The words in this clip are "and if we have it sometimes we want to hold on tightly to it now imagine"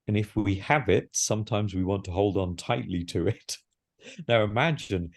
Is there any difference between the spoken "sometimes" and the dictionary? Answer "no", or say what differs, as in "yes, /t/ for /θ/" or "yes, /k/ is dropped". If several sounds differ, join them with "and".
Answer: no